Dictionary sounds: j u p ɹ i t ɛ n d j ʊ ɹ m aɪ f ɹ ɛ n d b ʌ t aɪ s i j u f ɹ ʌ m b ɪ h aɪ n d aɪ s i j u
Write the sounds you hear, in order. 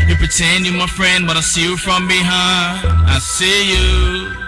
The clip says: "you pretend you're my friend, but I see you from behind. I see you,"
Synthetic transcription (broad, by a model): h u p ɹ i t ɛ n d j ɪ m aɪ f ɹ ɛ n d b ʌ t aɪ s i j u f ɹ ʌ m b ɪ h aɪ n aɪ s i j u